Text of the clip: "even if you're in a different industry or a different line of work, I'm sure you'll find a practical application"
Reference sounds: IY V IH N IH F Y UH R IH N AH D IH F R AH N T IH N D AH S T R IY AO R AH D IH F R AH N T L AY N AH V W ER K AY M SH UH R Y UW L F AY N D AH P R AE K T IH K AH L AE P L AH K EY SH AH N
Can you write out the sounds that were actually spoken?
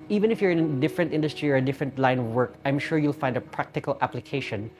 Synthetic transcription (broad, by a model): IY V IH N IH F Y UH R IH N AH D IH F R AH N T IH N D AH S T R IY AO R AH D IH F R AH N T L AY N W ER K AY M SH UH R Y UW L F AY N D AH P R AE K T IH K AH L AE P L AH K EY SH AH N